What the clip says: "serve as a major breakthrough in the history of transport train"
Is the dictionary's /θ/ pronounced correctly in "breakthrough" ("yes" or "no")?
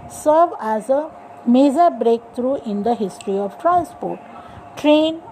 no